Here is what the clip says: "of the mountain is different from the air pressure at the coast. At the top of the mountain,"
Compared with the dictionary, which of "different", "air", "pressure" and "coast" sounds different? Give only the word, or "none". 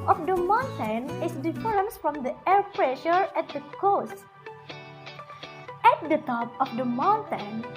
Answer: different